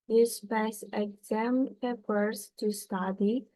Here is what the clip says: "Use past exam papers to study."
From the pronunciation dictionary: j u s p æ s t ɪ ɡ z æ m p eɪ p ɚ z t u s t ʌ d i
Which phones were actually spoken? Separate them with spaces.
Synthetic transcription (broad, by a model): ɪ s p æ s ɪ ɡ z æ m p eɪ p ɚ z t u s t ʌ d i